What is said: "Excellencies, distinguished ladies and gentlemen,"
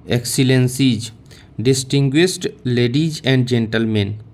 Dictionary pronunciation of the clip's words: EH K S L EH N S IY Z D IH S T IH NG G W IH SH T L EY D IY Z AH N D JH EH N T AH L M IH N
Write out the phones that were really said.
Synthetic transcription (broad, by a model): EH K S L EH N S IY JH D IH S T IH NG G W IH S T L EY D IY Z AH N D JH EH N T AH L M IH N